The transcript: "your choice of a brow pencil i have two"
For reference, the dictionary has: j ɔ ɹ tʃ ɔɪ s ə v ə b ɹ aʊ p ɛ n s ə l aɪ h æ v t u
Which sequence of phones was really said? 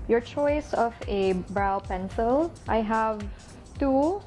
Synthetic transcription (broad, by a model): j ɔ ɹ tʃ ɔɪ s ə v ə b ɹ aʊ p ɛ n s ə l aɪ h æ v t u